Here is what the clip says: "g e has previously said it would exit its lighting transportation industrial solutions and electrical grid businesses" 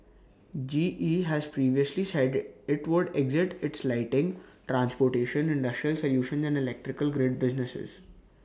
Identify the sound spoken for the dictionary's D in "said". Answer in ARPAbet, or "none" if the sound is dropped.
D